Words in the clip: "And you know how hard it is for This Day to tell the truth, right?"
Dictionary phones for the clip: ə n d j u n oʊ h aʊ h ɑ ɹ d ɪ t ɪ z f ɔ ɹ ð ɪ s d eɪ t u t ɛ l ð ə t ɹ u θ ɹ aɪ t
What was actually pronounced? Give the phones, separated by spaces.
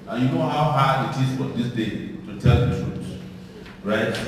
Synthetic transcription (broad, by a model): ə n j u n oʊ h aʊ h ɑ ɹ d ɪ t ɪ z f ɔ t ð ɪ s d eɪ t u t ɛ l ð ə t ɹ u s ɹ aɪ t